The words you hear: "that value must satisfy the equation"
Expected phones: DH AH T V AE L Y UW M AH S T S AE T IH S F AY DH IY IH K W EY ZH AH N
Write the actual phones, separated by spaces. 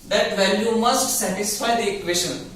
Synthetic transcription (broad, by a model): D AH T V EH N Y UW M AH S T S AE T IH S F AY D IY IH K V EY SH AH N